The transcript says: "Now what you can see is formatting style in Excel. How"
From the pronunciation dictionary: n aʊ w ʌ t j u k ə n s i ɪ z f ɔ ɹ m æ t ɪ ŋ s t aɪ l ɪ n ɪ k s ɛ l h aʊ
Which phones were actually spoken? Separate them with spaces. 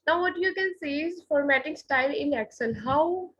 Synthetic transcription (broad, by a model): n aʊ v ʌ t j u k ə n s i ɪ z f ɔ ɹ m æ t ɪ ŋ s t aɪ l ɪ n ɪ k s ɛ n h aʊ